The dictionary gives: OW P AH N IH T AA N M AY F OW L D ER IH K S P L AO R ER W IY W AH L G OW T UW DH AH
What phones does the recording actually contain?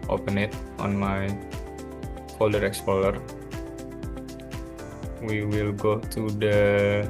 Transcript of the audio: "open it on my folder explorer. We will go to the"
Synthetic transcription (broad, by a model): OW P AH N IH T AA N M AY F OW L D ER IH K S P AO L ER W IY W AH L G OW T UW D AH